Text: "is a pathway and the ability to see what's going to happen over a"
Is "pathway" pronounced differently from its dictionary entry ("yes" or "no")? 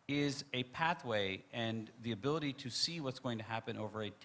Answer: no